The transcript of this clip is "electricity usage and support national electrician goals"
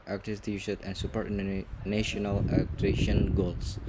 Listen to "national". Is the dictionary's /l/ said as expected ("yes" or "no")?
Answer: no